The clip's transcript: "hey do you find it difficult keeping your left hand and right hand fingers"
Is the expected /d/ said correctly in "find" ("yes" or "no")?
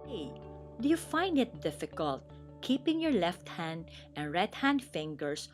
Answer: yes